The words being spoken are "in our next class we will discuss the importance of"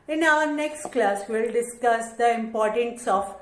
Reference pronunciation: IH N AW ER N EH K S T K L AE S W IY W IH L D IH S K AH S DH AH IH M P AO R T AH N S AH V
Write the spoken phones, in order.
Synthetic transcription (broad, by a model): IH N AW ER N EH K S T K L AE S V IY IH L D IH S K AH S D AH IH M P AO R T AH N S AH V